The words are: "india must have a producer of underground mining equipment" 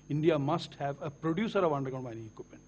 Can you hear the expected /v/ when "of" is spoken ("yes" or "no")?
yes